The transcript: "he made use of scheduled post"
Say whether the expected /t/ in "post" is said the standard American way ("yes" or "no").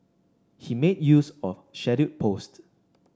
yes